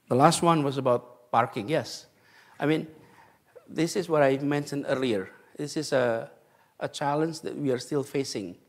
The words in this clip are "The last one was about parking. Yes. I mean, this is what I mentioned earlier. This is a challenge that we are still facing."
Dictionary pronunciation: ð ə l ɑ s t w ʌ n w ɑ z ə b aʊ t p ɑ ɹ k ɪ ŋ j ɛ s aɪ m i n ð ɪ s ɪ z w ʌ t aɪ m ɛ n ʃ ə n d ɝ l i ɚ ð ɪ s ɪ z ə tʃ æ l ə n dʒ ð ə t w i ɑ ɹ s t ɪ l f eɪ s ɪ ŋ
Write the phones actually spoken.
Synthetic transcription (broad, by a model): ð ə l ɑ s t w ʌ n w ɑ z ə b aʊ t p ɑ ɹ k ɪ ŋ j ɛ s aɪ m i n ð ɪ s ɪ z w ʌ t aɪ m ɛ n ʃ ə n d ɝ l i ɚ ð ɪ s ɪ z ə tʃ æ l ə n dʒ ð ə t w i ɑ ɹ s t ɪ l f eɪ s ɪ ŋ